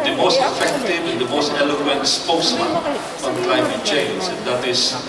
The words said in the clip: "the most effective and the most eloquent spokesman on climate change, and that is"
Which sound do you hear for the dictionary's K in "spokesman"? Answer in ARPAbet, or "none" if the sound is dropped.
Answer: none